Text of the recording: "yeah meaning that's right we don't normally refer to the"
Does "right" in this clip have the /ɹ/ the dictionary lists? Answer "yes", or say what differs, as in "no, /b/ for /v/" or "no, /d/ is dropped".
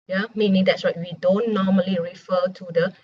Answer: no, /w/ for /ɹ/